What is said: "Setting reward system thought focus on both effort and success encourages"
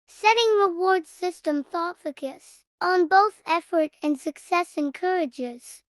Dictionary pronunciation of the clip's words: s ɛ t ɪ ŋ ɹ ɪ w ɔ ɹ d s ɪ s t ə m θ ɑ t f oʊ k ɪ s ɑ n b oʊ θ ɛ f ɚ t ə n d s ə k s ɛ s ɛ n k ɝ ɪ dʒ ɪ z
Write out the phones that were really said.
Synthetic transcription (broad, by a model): s ɛ t ɪ ŋ ɹ ɪ w ɔ ɹ d s ɪ s t ə m θ ɑ t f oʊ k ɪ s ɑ n b oʊ θ ɛ f ɚ t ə n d s ə k s ɛ s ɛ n k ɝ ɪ dʒ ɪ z